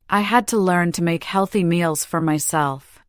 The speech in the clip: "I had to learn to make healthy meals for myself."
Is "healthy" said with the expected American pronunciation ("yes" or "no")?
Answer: yes